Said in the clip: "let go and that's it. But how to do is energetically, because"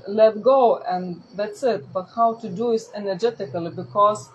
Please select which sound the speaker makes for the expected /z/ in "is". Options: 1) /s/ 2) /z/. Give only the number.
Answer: 1